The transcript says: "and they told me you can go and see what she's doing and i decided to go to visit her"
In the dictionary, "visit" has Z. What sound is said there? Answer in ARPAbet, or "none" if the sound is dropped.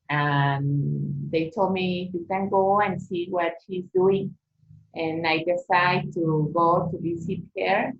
S